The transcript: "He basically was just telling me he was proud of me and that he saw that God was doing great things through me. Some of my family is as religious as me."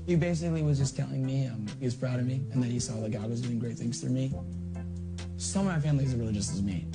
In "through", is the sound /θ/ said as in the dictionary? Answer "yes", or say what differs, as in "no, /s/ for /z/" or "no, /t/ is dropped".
no, /f/ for /θ/